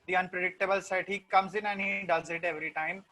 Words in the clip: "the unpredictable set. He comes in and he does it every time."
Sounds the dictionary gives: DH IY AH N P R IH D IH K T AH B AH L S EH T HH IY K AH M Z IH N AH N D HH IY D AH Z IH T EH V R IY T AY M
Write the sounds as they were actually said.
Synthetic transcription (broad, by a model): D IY AH N P R IH D IH K T AH B AH L S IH T HH IY K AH M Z IH N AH N HH IY D AH Z IH T EH V R IY T AY M